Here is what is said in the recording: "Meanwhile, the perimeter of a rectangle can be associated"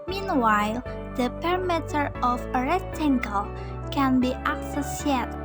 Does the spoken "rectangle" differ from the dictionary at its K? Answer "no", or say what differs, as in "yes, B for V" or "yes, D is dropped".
yes, K is dropped